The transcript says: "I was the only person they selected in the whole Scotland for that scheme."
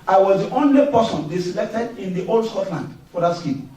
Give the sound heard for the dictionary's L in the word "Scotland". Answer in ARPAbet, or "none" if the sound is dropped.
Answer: L